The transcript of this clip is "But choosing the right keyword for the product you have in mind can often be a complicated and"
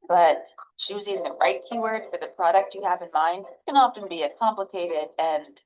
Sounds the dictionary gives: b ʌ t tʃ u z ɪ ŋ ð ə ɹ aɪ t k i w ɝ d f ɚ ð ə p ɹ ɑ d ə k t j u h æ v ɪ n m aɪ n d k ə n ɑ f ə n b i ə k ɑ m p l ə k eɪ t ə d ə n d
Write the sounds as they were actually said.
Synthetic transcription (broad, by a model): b ʌ t tʃ u z ɪ ŋ ð ə ɹ aɪ t k i w ɝ d f ɚ ð ə p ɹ ɑ d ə k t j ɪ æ v ɪ n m aɪ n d k ə n ɑ f ə n b i ə k ɑ m p l ə k eɪ t ə d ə n